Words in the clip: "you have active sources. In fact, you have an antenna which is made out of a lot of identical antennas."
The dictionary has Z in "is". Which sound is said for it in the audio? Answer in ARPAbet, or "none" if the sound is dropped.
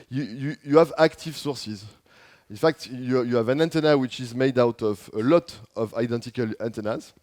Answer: Z